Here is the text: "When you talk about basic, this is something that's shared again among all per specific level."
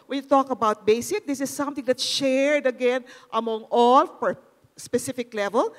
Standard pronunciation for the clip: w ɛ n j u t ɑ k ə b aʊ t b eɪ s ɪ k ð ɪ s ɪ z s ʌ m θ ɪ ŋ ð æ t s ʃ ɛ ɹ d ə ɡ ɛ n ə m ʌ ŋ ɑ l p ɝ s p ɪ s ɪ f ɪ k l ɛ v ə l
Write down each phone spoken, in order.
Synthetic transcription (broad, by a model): w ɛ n j u t ɑ k ə b aʊ t b eɪ s ɪ k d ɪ s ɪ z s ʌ m t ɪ ŋ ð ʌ t ʃ ɛ ɹ d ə ɡ ɛ n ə m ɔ ŋ ɑ l f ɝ s p ɪ s ɪ f ɪ k l ɛ v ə l